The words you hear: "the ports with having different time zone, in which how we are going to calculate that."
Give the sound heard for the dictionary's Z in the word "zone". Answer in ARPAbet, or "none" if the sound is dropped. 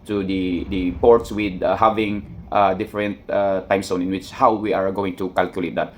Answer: S